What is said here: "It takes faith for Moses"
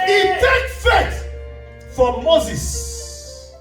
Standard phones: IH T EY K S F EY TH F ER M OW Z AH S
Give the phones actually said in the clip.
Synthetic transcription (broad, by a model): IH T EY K F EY T F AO M OW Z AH S